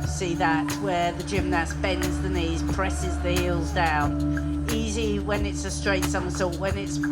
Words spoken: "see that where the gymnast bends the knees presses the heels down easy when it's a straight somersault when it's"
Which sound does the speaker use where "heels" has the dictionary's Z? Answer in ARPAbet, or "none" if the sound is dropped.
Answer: Z